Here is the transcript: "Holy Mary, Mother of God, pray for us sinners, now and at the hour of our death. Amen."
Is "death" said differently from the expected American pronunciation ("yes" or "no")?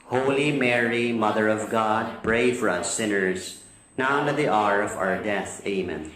no